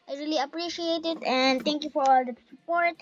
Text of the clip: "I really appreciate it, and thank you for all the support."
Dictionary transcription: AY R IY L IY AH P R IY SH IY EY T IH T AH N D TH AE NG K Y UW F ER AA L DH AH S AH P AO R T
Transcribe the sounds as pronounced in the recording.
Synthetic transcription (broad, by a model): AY R IY L IY AH P R IY SH IY EY T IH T AH N D T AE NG K Y UW F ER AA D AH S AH P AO R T